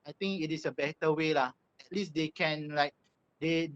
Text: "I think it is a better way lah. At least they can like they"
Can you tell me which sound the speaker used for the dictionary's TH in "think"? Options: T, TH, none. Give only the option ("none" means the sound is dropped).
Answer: T